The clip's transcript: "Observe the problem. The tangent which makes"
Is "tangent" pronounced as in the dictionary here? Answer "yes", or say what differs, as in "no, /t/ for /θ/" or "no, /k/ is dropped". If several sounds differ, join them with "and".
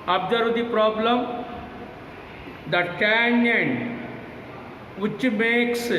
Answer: no, /dʒ/ is dropped